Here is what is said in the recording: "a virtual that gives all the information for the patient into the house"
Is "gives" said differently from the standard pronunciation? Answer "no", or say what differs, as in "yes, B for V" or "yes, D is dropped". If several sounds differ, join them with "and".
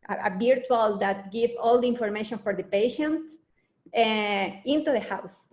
yes, Z is dropped